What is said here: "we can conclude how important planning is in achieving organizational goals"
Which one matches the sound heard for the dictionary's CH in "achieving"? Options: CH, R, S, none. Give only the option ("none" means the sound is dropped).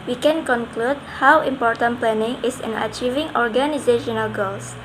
CH